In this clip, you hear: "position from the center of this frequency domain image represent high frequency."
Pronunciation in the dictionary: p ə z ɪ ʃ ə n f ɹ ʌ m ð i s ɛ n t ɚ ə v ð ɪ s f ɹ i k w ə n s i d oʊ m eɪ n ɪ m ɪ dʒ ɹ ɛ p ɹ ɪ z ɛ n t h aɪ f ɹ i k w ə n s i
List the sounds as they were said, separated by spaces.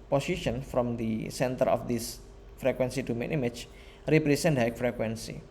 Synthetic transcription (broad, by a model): p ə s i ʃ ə n f ɹ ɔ m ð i s ɛ n t ɚ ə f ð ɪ s f ɹ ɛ k w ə n s i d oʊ m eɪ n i m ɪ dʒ ɹ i p ɹ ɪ s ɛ n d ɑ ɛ f ɹ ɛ k w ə n s i